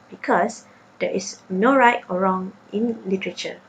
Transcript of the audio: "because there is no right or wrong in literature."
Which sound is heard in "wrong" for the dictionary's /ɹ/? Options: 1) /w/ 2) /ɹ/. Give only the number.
2